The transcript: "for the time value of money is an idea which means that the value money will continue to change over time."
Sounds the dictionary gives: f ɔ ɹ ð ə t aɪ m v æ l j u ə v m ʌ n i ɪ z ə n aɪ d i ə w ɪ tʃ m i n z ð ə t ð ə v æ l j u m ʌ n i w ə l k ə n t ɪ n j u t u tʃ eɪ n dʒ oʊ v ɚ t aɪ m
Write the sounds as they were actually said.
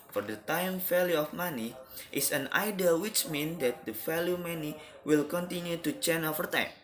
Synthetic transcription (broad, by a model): f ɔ ɹ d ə t aɪ m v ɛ l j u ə f m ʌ n i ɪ s ə n aɪ d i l w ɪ tʃ m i n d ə t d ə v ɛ l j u m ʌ n i w ə l k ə n t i n j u t u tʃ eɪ n oʊ f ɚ t aɪ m